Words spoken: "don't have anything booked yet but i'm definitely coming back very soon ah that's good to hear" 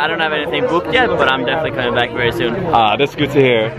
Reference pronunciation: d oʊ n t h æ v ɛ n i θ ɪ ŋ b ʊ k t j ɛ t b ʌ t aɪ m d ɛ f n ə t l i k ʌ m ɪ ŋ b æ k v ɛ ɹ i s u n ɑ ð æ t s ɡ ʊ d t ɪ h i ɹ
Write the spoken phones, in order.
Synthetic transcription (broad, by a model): d oʊ n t h æ v ɛ n i θ ɪ ŋ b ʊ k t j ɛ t b ʌ t aɪ m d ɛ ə s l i k ʌ m ɪ ŋ b æ k v ɛ ɹ i s u n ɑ ð æ t s ɡ ʊ d t ɪ h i ɹ